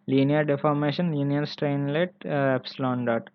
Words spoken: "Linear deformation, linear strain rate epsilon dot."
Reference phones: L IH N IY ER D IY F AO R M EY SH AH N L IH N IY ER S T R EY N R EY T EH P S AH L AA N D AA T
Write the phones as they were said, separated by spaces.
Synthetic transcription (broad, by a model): L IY N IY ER D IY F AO R M EY SH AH N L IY N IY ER S T R EY N L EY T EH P S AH L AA N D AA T